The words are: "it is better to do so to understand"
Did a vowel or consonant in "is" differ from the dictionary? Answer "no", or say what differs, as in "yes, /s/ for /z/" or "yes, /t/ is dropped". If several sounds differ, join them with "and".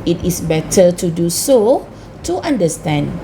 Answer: yes, /s/ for /z/